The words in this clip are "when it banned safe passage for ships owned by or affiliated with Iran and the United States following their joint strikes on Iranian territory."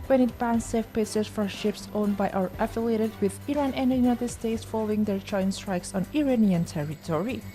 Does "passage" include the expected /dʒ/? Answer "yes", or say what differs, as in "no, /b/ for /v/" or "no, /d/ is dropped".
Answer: no, /z/ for /dʒ/